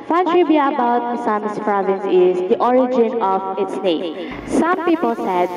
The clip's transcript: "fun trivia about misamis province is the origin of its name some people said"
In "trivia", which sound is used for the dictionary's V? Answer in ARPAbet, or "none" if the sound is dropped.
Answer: B